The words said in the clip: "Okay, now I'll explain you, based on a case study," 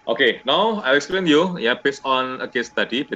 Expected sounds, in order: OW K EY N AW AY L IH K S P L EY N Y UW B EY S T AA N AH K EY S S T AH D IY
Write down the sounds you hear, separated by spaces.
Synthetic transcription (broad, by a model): OW K EY N AW AY L IH K S P L EY N Y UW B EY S AA N AH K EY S S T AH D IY